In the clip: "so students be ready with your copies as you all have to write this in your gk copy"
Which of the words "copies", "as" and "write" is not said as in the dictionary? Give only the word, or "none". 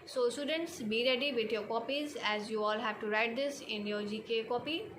none